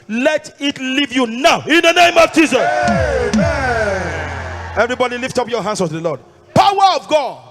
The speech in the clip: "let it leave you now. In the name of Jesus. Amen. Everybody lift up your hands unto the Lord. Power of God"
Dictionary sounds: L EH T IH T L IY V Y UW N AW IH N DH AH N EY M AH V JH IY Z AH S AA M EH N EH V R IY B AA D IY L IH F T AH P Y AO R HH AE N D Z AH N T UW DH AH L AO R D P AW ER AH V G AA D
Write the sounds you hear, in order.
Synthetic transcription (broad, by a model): L EH T IH T L IY V Y UW N AW IH N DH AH N EY M AH V JH IY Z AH S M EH EH V R IY B AA D IY L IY F T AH P Y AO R HH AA N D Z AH T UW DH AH L AO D P AW ER AH V G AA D